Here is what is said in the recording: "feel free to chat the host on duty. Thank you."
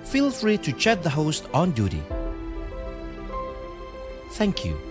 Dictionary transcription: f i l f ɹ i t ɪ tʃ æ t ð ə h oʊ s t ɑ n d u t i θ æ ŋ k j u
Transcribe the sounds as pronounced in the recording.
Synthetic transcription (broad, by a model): f i l f ɹ i t ɪ tʃ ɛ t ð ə h oʊ s t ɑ n d u t i θ æ ŋ k j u